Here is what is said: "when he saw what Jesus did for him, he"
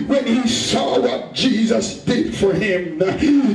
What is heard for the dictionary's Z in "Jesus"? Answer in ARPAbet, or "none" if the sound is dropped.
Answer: Z